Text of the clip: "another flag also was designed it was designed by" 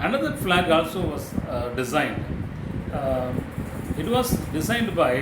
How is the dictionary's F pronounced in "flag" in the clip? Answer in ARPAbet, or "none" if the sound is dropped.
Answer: F